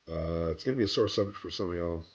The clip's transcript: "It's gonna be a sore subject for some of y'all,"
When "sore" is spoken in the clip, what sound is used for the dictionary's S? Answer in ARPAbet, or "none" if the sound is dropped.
S